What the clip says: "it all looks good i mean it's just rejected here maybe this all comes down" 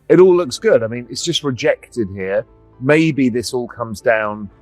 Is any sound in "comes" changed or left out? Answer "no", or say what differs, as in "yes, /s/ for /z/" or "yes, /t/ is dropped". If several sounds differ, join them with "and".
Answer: no